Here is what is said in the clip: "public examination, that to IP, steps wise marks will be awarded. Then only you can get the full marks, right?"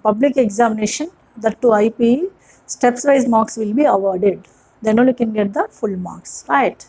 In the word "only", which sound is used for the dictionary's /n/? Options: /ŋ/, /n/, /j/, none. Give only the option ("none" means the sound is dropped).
none